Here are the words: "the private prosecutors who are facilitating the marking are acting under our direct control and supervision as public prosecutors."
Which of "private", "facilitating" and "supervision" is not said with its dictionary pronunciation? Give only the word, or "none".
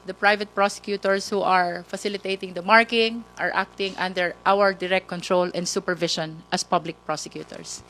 supervision